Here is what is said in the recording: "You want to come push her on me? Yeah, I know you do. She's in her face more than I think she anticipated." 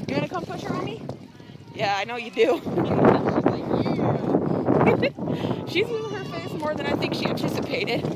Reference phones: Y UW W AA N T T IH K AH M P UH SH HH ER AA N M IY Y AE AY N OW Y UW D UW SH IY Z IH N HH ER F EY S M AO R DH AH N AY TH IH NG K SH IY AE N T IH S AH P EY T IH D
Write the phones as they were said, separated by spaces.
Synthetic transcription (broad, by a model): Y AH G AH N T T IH K AH M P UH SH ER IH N M IY Y AE AY N OW Y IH D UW SH IY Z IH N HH ER F EY S M AO R DH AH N AY TH IH NG K SH IY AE N T IH S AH P EY T IH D